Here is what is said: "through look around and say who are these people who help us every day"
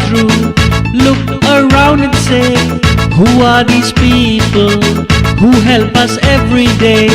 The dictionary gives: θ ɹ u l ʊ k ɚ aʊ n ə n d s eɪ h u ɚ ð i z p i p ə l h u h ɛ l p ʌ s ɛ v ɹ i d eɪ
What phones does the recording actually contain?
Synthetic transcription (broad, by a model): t ɹ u l ʊ k ɚ aʊ n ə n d s eɪ h u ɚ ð i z p i p ə l h u h ɛ l p ʌ s ɛ v ɹ i d eɪ